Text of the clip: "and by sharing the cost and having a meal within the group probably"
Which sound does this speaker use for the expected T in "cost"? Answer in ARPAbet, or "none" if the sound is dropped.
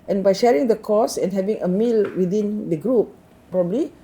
none